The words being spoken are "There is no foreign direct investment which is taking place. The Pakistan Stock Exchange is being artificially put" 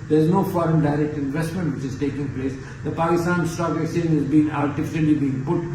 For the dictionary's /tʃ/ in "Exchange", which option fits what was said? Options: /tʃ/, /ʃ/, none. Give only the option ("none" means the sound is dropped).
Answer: none